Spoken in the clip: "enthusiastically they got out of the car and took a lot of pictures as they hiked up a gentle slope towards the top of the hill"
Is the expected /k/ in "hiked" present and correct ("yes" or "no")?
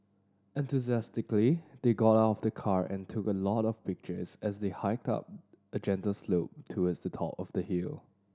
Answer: yes